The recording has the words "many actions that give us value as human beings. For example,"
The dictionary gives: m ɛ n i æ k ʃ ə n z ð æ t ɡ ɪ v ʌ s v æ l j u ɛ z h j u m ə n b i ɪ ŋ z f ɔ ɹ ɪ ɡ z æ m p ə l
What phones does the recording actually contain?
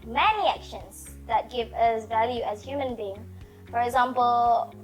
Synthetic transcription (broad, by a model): m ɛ n i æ k ʃ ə n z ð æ t ɡ ɪ v ʌ s v æ l j u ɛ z h j u m ə n b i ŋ f ɔ ɹ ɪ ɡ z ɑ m p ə l